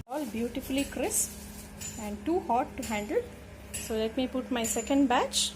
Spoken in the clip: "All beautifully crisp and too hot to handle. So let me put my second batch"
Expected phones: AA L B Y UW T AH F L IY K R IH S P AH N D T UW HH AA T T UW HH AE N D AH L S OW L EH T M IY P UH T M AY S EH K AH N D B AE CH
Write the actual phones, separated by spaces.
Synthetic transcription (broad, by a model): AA L B Y UW T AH F L IY K R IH S AH N D T UW HH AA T T UW HH AE N D AH L S OW L EH T M IY P UH T M AY S EH K AH N D B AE CH